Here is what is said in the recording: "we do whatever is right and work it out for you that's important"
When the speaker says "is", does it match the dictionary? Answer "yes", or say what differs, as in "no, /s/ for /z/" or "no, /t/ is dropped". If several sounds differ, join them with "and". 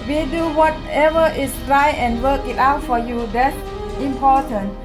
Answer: no, /s/ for /z/